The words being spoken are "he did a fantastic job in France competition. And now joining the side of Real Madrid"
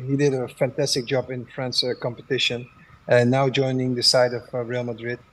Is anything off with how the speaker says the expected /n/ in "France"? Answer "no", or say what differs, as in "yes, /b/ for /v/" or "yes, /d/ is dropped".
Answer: no